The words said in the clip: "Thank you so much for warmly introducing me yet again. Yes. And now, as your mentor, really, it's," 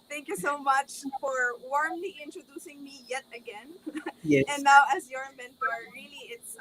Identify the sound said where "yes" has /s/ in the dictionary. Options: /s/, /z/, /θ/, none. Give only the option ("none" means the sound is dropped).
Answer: none